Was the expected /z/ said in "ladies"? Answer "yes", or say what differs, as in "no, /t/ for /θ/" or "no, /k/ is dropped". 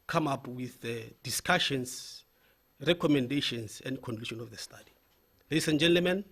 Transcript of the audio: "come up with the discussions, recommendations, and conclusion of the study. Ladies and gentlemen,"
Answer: no, /s/ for /z/